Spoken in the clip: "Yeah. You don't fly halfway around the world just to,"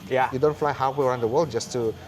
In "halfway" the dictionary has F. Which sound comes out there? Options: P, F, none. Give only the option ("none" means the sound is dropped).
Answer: none